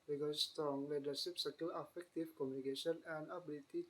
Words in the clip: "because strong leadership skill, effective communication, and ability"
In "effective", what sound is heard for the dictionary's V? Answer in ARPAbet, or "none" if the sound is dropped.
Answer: F